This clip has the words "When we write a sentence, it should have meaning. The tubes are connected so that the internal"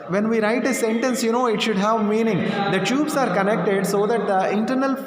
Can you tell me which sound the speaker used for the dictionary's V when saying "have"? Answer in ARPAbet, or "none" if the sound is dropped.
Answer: V